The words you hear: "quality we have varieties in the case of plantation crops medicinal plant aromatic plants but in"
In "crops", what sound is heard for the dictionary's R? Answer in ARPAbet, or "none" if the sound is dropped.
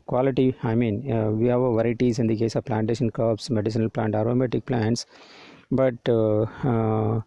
none